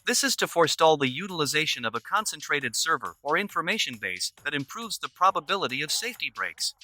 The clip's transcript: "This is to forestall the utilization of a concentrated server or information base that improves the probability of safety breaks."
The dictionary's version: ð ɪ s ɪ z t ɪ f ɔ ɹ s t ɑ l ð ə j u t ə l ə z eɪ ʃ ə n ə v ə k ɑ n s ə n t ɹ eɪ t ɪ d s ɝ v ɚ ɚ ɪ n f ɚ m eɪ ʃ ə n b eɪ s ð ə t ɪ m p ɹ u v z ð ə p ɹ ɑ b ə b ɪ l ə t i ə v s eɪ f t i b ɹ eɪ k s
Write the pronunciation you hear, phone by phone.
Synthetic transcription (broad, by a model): ð ɪ s ɪ z t ɪ f ɔ ɹ s t ɑ l ð ə j u t ə l ə z eɪ ʃ ə n ə v ə k ɑ n s ə n t ɹ eɪ t ɪ d s ɝ v ɚ ɚ ɪ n f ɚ m eɪ ʃ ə n b eɪ s ð ə t ɪ m p ɹ u v z ð ə p ɹ ɑ b ə b ɪ l ə t i ə v s eɪ f t i b ɹ eɪ k s